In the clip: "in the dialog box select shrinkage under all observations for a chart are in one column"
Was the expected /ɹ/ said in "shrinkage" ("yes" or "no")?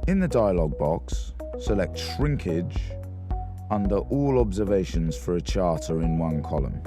yes